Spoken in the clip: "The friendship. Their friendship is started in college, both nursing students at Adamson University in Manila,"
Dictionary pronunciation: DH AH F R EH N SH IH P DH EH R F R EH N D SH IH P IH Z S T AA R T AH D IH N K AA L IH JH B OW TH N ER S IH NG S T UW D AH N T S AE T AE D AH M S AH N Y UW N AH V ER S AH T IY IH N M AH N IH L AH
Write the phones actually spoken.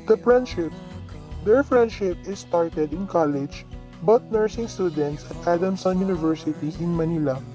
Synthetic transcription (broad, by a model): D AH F R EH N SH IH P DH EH R F R EH N D SH IH P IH S T AA R T AH D IH N K AA L IH JH B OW T N ER S IH NG S T UW D AH N T S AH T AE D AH M S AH N Y UW N AH V ER S AH T IY IH N M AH N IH L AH